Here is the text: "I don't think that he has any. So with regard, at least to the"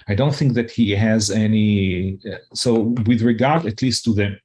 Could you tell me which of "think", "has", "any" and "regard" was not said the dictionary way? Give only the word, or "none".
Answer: none